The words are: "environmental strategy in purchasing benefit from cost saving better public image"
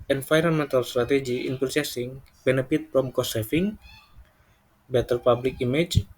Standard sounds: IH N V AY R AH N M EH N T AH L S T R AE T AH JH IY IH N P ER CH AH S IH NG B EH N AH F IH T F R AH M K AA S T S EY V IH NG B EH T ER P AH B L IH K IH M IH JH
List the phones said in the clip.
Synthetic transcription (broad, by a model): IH N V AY R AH N M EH N T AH L S T R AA T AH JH IY IH N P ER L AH S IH NG B EH N AH F IH T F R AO M K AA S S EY F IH NG B EH T ER P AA B L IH K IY M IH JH